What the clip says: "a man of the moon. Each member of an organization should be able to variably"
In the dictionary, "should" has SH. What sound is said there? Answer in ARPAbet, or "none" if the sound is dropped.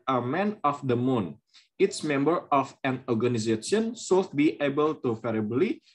S